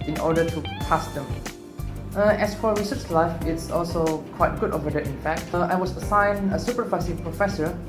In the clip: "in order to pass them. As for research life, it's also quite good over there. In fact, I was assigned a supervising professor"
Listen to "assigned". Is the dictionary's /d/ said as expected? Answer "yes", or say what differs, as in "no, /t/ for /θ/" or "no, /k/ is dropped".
no, /d/ is dropped